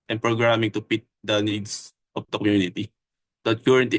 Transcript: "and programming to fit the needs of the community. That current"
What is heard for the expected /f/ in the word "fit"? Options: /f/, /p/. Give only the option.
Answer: /p/